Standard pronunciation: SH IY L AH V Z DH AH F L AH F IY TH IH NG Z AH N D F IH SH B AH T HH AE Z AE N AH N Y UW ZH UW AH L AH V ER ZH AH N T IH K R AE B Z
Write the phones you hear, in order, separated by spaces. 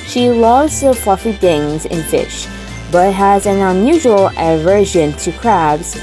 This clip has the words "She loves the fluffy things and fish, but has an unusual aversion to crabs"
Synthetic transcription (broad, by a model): SH IY L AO Z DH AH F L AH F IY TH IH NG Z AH N F IH SH B AH T HH AE Z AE N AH N Y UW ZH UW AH L AH V ER ZH AH N T IH K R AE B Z